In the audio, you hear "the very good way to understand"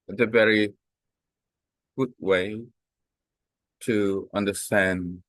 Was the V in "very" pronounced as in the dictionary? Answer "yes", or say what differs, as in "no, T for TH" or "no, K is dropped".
yes